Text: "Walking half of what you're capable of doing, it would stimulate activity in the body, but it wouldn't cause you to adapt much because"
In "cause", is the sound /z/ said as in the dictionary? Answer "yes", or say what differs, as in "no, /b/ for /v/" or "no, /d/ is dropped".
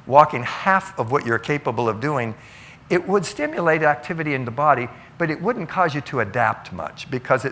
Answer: yes